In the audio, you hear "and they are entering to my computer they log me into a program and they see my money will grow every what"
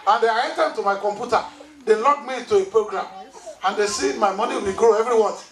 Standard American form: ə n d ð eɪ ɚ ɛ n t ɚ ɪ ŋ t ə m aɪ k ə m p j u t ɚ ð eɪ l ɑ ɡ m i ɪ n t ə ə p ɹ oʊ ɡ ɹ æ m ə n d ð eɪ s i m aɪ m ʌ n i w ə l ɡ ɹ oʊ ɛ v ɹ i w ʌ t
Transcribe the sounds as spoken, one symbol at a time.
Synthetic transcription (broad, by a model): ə n d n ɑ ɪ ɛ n t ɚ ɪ t ə m aɪ k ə m p j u t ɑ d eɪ l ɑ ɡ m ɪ t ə ə p ɹ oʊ ɡ ɹ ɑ m ə n d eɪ s i m aɪ m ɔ n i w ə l ɡ ɹ oʊ ɛ v ɹ i w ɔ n